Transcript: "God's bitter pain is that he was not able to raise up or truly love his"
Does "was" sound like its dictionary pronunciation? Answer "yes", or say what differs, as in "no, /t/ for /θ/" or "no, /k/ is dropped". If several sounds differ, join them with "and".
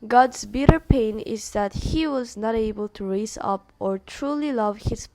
yes